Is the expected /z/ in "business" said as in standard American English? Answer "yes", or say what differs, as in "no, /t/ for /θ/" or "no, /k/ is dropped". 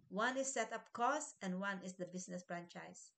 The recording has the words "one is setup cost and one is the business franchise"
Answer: no, /s/ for /z/